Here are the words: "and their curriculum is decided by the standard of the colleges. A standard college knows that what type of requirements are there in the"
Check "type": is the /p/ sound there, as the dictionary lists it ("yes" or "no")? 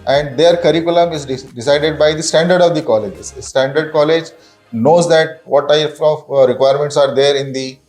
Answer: no